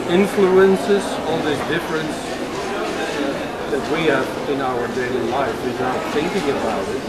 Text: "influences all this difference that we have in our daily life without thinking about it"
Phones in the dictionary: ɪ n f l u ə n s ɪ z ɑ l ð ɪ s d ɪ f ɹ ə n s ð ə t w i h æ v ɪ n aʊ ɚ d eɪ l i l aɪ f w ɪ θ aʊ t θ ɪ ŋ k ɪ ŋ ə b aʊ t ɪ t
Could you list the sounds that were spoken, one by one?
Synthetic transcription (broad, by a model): ɪ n f l u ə n s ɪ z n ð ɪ d ɪ f ɹ ə n s ð ə t w i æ v ɪ n aʊ ɚ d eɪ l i l aɪ f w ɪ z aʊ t θ ɪ ŋ k ɪ ŋ ə b aʊ t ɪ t